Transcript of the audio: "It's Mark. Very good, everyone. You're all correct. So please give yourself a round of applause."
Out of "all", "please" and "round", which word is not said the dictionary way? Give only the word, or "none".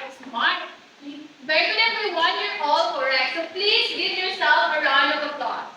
none